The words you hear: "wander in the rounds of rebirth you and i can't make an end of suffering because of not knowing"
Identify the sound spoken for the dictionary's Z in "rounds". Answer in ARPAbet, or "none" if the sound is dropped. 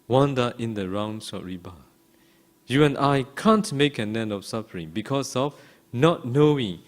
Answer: S